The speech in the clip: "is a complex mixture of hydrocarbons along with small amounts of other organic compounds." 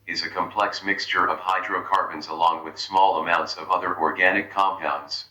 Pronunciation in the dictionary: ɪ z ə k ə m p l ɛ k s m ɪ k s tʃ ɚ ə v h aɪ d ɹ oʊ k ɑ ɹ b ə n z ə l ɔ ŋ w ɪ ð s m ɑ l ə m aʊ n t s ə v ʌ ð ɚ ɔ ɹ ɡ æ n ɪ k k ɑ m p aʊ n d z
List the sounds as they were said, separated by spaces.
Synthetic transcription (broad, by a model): ɪ z ə k ə m p l ɛ k s m ɪ k s tʃ ɚ ə v h aɪ d ɹ oʊ k ɑ ɹ b ə n z ə l ɔ ŋ w ɪ ð s m ɑ l ə m aʊ n t s ə v ʌ ð ɚ ɔ ɹ ɡ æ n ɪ k k ɑ m p aʊ n d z